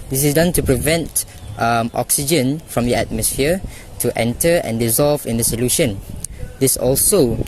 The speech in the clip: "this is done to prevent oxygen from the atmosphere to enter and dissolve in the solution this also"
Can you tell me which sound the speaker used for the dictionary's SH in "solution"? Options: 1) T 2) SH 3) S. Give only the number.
2